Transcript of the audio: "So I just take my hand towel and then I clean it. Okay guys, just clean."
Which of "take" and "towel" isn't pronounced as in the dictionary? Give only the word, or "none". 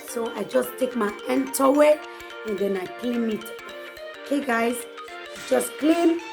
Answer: towel